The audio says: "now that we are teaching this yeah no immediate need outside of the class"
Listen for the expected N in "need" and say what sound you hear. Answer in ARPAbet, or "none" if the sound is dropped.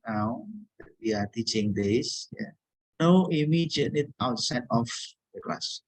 L